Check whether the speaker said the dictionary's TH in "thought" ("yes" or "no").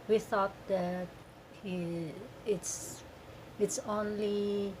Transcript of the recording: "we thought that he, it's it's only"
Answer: yes